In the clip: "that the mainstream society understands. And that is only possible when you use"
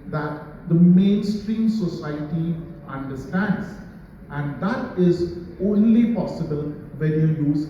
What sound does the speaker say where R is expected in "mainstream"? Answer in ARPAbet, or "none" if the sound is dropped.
R